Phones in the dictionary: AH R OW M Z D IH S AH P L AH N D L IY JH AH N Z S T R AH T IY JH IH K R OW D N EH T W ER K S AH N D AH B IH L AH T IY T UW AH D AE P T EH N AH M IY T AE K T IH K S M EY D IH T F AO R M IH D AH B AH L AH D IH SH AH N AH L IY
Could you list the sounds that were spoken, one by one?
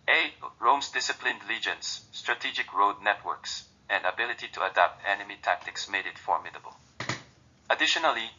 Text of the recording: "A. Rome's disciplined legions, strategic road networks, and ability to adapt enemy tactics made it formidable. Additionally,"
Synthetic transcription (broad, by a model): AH R OW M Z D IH S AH P L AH N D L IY JH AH N S T R AH T IY JH IH K R OW D N EH T W ER K S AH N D AH B IH L AH T IY T UW AH D AE P T EH N AH M IY T AE K T IH K S M EY D IH T F AO R M IH D AH B AH L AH D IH SH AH N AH L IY